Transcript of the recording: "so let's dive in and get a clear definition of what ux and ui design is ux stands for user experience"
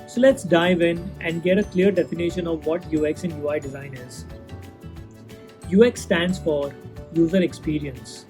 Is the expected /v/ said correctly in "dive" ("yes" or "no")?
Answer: yes